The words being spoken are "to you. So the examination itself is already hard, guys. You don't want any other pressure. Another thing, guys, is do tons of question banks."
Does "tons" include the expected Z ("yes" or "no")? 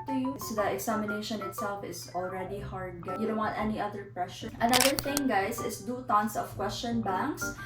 no